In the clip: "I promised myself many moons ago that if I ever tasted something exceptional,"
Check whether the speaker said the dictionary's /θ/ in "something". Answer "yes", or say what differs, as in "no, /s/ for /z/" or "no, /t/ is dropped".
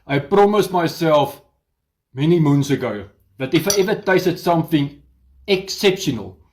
yes